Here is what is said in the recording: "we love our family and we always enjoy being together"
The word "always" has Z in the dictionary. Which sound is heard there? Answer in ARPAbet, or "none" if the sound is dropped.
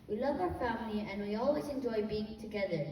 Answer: Z